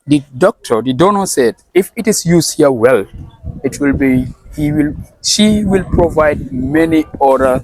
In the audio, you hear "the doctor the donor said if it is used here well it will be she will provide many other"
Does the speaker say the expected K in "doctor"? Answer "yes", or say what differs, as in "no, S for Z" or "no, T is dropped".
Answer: yes